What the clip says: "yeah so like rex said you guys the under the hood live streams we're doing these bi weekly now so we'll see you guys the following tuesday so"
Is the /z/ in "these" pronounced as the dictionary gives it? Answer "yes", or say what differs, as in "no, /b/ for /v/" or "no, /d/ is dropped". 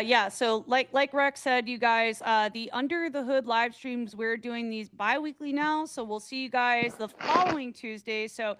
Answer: yes